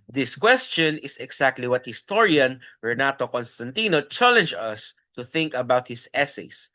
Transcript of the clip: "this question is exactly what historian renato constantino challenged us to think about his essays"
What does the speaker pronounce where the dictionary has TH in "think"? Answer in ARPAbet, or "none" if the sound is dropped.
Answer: TH